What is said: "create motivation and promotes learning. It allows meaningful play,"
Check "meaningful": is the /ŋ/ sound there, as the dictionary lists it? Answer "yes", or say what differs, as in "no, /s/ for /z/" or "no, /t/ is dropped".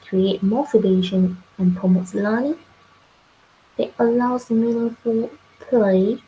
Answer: no, /ŋ/ is dropped